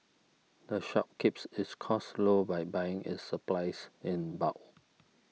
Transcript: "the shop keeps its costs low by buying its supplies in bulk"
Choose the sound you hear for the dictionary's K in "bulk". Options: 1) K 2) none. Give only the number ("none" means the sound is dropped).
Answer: 2